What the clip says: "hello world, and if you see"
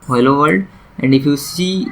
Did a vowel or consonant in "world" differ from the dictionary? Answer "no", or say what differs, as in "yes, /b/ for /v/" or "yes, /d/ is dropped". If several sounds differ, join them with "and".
yes, /l/ is dropped